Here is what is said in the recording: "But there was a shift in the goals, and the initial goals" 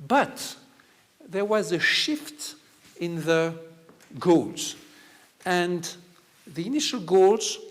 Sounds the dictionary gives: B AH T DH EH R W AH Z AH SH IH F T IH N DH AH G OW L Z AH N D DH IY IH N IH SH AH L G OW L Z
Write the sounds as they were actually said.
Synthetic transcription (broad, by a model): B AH T DH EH R W AH Z AH SH IH F T IH N DH AH G OW L Z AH N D DH IY IH N IH SH AH L G OW L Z